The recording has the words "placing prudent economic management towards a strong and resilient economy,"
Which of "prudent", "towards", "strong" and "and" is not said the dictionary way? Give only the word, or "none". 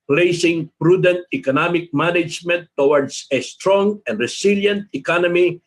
towards